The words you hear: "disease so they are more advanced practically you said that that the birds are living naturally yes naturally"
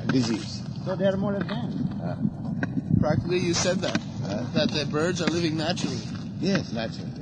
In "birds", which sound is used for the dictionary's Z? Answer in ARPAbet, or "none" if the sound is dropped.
Z